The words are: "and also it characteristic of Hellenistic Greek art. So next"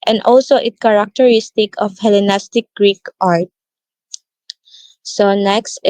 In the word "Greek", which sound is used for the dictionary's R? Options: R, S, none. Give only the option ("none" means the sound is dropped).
R